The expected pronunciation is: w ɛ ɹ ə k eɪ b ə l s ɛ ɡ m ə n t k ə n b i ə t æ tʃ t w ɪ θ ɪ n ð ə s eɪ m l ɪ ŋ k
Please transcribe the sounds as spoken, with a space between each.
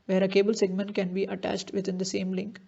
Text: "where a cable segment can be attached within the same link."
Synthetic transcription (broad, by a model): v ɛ ɹ ə k eɪ b ə l s ɛ ɡ m ə n t k ə n b i ə t æ tʃ t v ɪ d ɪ n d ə s eɪ m l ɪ ŋ k